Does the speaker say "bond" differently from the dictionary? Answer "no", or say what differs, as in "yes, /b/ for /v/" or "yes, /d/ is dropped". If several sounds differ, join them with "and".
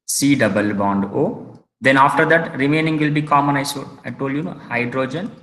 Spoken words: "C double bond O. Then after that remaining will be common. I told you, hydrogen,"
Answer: no